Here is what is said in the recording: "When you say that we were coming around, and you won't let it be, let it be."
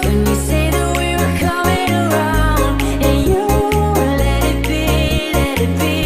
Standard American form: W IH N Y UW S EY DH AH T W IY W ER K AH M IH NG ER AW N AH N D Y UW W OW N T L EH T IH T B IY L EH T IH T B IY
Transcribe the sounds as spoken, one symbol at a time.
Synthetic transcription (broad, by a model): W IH S EY DH AH T W IY W ER K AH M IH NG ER AW AH N D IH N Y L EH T IH T B IY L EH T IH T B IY